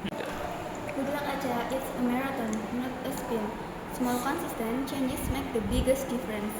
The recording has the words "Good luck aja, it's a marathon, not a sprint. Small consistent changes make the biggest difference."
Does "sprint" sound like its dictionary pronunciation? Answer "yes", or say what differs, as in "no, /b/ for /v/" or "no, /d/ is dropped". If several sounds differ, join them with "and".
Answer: no, /ɹ/ is dropped